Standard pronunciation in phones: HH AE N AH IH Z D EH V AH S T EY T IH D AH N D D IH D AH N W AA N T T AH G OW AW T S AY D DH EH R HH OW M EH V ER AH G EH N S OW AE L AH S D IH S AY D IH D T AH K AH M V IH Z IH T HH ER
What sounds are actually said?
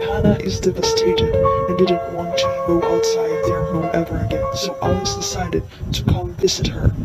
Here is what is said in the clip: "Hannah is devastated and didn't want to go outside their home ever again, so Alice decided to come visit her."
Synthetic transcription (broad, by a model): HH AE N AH IH Z D EH V AH S T EY T IH D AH N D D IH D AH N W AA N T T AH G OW AW T S AY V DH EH R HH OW EH V ER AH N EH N S OW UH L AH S D IH S AY D IH D T AH K AH M V IH Z IH T HH ER